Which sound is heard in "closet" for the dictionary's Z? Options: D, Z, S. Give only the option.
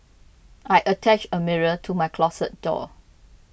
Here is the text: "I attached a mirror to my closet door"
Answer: S